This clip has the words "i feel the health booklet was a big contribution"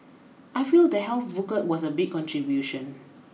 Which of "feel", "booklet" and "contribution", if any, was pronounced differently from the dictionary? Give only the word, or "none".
booklet